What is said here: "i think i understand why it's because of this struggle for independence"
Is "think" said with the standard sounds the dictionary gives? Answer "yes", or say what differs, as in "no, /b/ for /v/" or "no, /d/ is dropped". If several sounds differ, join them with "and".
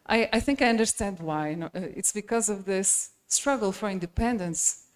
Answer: yes